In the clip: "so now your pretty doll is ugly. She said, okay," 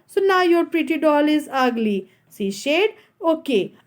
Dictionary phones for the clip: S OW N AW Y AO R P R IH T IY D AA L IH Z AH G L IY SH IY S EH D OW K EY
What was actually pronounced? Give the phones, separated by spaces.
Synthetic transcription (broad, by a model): S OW N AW Y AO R P R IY T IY D AA L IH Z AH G L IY S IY SH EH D OW K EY